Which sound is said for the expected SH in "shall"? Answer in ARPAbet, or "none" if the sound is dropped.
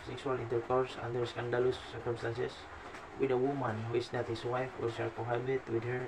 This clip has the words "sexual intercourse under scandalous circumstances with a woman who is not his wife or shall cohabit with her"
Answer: S